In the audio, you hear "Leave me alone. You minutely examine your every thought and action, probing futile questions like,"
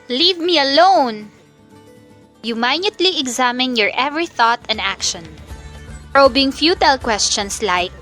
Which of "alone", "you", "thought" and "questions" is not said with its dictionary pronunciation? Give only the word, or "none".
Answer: questions